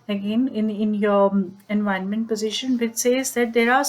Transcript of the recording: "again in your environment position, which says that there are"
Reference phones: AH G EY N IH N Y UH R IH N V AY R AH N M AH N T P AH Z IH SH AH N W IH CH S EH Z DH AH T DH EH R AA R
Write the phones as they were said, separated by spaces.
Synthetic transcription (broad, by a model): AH G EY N IH N Y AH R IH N V AY AH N M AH N T P AH Z IH SH AH N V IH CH S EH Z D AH T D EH R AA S